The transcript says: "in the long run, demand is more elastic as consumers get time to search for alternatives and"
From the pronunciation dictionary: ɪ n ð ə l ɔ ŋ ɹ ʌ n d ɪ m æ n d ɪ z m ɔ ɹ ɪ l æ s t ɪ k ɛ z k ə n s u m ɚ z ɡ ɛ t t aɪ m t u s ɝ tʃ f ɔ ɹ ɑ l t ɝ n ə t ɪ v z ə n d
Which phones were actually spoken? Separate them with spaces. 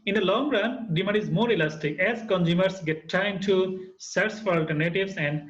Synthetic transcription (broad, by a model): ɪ n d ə l ɔ ŋ ɹ ʌ n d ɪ m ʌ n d ɪ z m ɔ ɹ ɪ l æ s t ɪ k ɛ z k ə n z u m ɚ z ɡ ɛ t t aɪ m t u s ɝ s f ɔ ɹ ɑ l t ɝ n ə t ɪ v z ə n d